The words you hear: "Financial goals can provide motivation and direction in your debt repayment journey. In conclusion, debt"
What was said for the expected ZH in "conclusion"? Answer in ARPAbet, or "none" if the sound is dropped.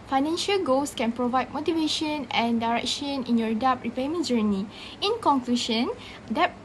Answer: SH